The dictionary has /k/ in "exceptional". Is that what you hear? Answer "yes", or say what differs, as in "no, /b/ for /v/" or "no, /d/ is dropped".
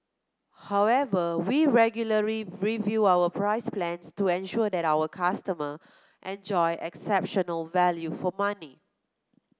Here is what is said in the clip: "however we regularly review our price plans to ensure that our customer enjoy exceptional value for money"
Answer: yes